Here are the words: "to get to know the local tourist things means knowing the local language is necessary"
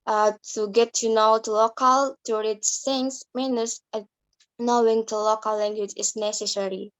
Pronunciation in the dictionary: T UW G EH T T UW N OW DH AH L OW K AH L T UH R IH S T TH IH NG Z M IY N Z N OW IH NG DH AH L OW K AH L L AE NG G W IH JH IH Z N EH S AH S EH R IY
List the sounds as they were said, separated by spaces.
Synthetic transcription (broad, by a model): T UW G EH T T UW N OW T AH L OW K AH L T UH R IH T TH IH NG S M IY N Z N OW IH NG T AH L OW K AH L L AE NG G W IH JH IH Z N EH S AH S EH R IY